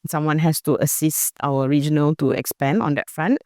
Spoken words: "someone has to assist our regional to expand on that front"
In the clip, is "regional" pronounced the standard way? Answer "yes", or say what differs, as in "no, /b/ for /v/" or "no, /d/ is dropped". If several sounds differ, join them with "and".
yes